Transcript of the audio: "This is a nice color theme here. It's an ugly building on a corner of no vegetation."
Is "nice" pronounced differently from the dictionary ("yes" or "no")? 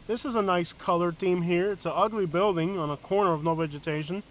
no